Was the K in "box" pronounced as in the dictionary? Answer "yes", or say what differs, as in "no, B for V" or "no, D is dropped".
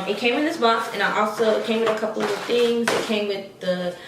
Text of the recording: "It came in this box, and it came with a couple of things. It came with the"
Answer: no, K is dropped